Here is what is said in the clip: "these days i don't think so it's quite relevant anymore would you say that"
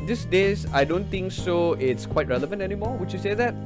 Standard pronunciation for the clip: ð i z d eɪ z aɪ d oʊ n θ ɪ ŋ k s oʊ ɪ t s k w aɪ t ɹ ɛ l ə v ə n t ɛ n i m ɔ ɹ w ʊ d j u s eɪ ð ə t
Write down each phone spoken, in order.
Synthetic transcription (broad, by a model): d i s d eɪ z aɪ d oʊ n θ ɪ ŋ k s oʊ ɪ t s k w aɪ t ɹ ɛ l ə v ə n t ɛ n i m ɔ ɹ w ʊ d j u s eɪ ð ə t